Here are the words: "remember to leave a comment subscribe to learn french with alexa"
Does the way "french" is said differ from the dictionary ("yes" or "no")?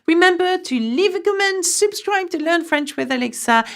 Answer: no